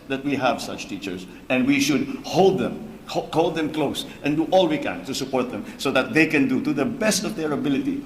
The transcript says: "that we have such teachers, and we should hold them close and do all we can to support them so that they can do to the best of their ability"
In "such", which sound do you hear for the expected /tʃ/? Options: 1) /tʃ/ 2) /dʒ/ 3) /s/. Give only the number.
1